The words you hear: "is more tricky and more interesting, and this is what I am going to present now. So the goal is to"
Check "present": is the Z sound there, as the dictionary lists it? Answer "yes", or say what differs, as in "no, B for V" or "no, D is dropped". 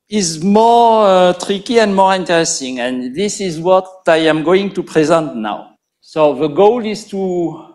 yes